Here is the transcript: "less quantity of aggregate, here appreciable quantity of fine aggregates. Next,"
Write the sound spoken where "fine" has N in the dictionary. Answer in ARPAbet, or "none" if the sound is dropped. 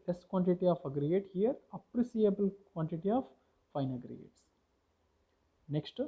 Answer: N